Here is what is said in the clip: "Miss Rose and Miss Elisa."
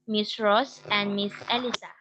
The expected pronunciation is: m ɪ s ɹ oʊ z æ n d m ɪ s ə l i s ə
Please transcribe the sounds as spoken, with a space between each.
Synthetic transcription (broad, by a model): m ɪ s ɹ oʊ s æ n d m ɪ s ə l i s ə